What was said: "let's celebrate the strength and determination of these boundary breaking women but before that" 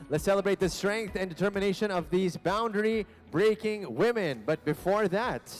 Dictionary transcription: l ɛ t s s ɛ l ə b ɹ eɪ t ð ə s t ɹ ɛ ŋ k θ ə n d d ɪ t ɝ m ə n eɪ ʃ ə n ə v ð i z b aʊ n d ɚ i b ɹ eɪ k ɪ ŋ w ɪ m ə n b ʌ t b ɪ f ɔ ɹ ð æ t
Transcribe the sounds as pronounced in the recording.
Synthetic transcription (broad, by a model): l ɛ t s s ɛ l ə b ɹ eɪ t ð ə s t ɹ ɛ ŋ k θ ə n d d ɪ t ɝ m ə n eɪ ʃ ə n ə v ð i z b aʊ n d ɚ i b ɹ eɪ k ɪ ŋ w ɪ m ə n b ʌ t b ɪ f ɔ ɹ ð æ t